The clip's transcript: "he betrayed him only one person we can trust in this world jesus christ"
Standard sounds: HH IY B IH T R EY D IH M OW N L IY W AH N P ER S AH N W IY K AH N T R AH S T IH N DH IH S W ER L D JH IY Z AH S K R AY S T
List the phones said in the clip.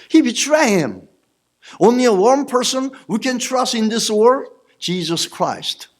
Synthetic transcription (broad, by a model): HH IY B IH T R EY IH M OW N L IY W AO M P ER S AH N W IY K AH N T R AH S T IH N DH IH S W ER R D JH IY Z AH S K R AY S T